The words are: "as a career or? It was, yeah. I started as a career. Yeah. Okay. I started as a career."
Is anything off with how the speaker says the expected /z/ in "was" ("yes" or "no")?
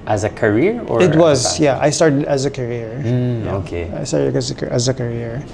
no